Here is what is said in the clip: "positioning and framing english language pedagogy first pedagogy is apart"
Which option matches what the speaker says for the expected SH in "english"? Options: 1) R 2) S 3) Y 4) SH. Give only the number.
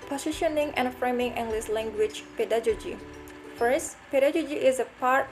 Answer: 2